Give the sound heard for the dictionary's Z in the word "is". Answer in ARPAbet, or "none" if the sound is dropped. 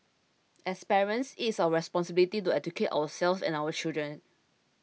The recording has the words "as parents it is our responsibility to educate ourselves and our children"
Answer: S